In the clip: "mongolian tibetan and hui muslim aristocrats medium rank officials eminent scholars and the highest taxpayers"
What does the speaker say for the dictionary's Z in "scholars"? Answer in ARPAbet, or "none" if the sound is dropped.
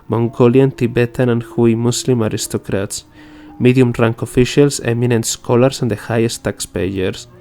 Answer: S